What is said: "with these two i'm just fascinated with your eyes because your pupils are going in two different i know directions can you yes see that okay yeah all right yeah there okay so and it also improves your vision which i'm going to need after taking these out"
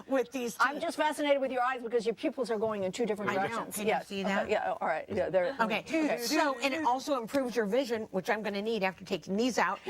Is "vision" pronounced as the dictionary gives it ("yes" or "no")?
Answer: yes